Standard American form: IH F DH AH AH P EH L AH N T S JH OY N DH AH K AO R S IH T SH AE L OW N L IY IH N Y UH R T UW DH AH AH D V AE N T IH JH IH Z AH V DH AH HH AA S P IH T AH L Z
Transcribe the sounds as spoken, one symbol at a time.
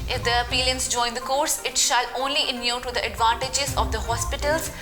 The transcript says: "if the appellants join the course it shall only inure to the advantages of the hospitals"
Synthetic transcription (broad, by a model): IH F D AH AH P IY L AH N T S JH OY N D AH K AO R S IH T SH AE L OW N L IY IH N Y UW T UW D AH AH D V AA N T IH JH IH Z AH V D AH HH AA S P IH T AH L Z